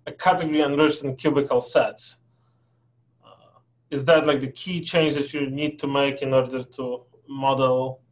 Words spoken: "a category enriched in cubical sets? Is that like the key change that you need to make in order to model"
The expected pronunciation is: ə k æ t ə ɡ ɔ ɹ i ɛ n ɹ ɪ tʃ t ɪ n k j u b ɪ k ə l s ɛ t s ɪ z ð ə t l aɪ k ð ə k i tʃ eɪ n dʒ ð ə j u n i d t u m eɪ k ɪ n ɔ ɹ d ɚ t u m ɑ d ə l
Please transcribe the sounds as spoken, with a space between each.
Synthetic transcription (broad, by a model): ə k æ t ə ɡ ɔ ɹ i ɛ n ɹ ɪ tʃ t ɪ n k j u b ɪ k ə l s ɛ t s ɪ z ð ə t l aɪ k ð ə k i tʃ eɪ n dʒ ð ə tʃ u n i d t u m eɪ k ɪ n ɔ ɹ d ɚ t u m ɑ d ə l